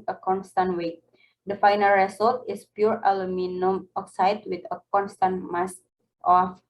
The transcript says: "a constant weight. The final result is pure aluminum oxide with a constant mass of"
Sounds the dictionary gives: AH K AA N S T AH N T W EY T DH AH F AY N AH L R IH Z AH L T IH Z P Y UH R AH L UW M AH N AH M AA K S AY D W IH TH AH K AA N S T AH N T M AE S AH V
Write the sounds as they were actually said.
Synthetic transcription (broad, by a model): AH K AA N S T AH N T W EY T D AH F AY N AH L R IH S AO L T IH S P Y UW R AH L UW M AH N AH M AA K S AY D W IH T AH K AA N S T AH N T M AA S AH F